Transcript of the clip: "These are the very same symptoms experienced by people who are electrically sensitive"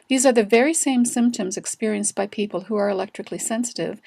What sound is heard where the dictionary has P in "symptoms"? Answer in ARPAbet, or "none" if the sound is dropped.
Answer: P